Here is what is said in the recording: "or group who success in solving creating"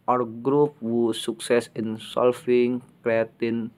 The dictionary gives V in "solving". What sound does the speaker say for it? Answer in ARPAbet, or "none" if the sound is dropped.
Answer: F